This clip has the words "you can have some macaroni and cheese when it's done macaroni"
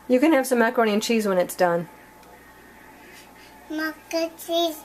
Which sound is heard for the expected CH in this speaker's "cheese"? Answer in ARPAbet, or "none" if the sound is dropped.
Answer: CH